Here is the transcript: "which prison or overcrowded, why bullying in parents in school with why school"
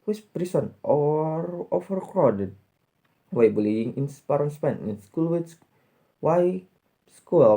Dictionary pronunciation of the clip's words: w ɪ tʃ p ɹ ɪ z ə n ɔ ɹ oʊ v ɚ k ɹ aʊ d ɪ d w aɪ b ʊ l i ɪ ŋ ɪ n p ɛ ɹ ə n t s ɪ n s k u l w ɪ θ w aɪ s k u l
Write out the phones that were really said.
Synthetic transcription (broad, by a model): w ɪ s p ɹ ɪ s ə n ɔ ɹ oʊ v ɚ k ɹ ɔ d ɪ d w aɪ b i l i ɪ ŋ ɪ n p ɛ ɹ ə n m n ɪ n s k u l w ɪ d w aɪ s k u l